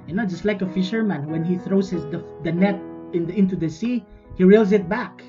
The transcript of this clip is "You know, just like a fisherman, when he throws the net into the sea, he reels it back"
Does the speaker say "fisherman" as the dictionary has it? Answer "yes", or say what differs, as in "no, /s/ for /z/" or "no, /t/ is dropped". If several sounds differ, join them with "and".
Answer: yes